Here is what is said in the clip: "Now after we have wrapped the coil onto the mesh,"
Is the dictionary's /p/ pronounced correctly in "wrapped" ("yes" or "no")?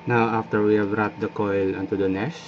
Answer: no